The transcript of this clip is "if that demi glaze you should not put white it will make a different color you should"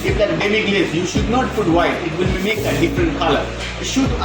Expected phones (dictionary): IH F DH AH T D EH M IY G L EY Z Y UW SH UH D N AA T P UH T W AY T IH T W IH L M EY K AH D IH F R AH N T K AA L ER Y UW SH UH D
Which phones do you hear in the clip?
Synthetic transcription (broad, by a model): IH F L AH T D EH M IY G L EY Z Y UW SH UH D N AA T F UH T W AY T IH T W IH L M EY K AH D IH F R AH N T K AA L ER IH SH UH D